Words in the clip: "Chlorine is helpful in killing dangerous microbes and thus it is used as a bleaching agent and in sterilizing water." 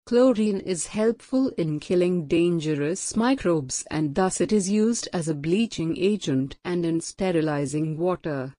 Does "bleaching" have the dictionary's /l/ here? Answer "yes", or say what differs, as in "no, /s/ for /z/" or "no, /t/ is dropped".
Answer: yes